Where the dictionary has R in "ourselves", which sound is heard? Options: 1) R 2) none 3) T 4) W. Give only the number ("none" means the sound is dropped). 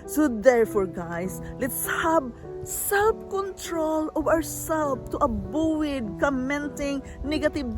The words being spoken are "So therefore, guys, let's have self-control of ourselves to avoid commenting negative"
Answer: 4